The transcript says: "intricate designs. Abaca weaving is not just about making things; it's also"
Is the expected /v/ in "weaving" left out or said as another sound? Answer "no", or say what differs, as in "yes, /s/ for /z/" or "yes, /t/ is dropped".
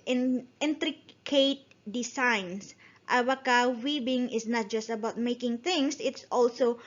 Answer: yes, /b/ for /v/